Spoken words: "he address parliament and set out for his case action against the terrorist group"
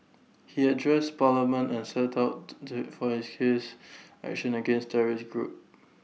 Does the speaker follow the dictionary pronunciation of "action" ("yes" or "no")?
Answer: yes